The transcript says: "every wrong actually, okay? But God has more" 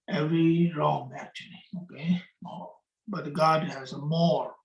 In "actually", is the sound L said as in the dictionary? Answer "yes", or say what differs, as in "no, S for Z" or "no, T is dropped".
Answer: yes